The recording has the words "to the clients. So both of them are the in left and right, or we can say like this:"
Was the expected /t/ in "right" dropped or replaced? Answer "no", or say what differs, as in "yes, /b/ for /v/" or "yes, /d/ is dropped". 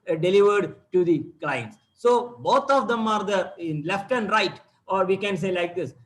no